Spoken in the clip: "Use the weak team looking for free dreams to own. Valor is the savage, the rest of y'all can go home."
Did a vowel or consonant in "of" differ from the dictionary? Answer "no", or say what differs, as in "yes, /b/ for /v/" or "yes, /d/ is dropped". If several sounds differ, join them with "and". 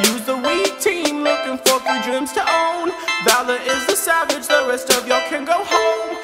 no